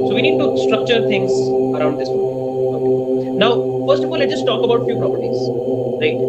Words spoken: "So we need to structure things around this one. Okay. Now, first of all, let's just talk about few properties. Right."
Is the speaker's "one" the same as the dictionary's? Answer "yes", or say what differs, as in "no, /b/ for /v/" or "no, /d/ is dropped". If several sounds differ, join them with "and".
no, /n/ is dropped